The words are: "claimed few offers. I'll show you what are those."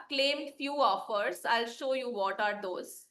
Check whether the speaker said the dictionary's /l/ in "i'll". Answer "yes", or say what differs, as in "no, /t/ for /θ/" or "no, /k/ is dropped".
yes